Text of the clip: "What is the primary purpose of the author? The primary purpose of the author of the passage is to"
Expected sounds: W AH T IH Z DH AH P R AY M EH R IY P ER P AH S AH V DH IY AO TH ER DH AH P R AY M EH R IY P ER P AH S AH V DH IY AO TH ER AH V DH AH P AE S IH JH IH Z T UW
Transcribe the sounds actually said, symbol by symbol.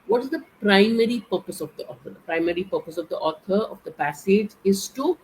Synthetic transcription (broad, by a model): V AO T IH Z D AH P R AY M EH R IY P ER P AH S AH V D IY AO T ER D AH P R AY M EH R IY P ER P AH S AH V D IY AO T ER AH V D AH P AE S IH JH IH Z T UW